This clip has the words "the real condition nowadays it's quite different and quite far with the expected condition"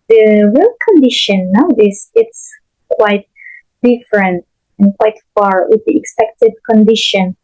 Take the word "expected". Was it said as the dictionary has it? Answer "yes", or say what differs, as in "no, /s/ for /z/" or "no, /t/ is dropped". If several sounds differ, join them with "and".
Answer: yes